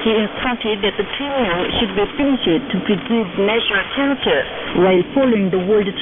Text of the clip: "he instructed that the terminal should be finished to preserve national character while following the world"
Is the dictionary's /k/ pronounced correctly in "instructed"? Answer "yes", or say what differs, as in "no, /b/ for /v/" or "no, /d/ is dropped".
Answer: no, /k/ is dropped